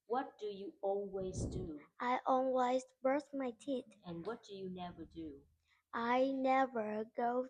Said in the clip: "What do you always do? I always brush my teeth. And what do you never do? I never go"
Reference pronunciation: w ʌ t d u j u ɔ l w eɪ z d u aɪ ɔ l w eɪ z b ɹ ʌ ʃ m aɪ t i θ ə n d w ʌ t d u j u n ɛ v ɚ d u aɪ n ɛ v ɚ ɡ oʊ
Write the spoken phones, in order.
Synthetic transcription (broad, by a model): w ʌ t d u j u ɔ l w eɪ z d u aɪ ɔ l w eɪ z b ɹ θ m aɪ t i t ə n w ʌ t d u j u n ɛ v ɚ d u aɪ n ɛ v ɚ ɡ oʊ